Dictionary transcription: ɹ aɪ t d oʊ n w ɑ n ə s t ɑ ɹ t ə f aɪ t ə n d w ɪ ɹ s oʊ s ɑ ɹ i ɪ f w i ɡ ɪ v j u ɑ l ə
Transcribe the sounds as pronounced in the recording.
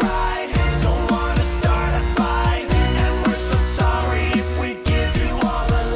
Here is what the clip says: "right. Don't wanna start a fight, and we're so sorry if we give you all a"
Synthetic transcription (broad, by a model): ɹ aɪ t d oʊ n w ɑ n ə s t ɑ ɹ t ə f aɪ ə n w ɪ ɹ s oʊ s ɑ ɹ i ɪ f w i ɡ ɪ v j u ɑ l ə